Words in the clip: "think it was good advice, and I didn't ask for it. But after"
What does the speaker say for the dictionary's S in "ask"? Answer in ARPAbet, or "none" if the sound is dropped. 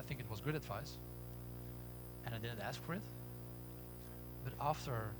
S